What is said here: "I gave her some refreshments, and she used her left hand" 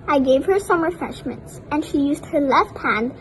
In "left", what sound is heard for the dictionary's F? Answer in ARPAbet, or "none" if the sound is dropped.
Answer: F